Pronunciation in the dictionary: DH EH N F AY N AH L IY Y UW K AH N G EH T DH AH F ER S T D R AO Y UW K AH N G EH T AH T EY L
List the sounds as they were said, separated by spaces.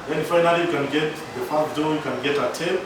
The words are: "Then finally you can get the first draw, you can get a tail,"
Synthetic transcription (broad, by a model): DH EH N F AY N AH L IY Y UW K AH N G EH T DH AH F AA T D AO Y UW K AH N G EH T AH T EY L